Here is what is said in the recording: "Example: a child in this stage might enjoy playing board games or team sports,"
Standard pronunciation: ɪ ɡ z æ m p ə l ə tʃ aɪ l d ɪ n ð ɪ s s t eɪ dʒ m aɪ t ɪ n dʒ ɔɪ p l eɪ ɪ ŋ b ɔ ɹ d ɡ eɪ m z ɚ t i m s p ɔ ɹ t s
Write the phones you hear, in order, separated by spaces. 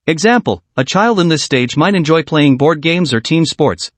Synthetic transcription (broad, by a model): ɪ ɡ z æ m p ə l ə tʃ aɪ l d ɪ n ð ɪ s s t eɪ dʒ m aɪ t ɪ n dʒ ɔɪ p l eɪ ɪ ŋ b ɔ ɹ d ɡ eɪ m z ɚ t i m s p ɔ ɹ t s